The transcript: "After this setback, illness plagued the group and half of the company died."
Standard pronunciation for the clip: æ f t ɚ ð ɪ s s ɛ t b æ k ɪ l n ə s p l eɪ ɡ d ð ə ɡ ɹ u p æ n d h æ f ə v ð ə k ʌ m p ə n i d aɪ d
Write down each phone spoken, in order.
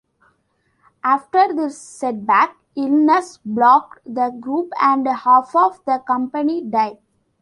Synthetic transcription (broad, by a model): æ f t ɚ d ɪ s s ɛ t b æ k ɪ l n ə s b l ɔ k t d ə ɡ ɹ u p æ n d h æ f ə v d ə k ʌ m p ə n i d aɪ d